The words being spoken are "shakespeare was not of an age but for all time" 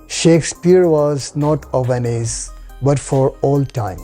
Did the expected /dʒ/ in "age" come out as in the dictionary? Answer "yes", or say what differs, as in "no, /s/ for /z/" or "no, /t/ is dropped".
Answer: no, /z/ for /dʒ/